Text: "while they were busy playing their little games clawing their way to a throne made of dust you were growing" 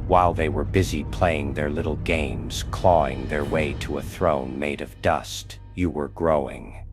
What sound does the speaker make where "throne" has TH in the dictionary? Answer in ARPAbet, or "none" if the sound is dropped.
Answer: TH